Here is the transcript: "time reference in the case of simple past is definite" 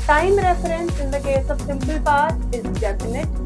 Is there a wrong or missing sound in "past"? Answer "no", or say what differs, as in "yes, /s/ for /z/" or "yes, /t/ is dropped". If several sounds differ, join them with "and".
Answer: yes, /s/ is dropped